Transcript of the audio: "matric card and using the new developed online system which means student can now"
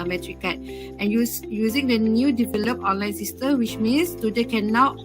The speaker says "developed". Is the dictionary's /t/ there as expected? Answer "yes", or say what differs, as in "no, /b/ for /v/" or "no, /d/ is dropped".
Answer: no, /t/ is dropped